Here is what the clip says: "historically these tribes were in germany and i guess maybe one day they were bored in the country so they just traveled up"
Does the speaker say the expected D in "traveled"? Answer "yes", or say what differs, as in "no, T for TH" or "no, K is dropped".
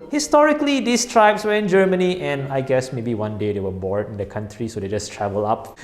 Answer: no, D is dropped